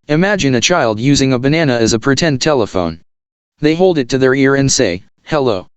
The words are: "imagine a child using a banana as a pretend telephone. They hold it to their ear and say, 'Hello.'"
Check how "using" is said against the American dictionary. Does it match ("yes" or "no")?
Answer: yes